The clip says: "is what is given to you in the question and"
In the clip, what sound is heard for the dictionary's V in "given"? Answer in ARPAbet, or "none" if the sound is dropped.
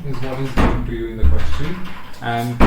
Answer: none